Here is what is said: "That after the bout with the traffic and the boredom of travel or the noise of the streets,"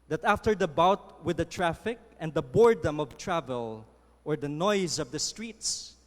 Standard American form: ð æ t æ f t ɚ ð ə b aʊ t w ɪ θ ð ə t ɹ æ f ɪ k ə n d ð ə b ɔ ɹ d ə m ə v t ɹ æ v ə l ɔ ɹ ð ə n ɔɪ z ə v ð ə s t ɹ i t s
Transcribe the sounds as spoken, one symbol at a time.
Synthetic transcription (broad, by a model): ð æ t æ f t ɚ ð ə b aʊ t w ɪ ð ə t ɹ æ f ɪ k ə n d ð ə b ɔ ɹ d ə m ə v t ɹ æ v ə l ɔ ɹ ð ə n ɔɪ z ə v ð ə s t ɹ i t s